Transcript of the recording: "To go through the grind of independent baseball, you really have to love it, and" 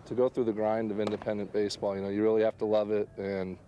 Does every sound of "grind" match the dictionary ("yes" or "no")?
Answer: yes